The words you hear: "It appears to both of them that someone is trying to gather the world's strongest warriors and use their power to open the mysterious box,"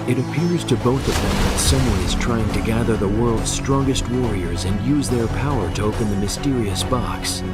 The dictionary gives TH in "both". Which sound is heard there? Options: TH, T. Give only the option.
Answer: TH